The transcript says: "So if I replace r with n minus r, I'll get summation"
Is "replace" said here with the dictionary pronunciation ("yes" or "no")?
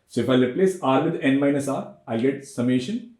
no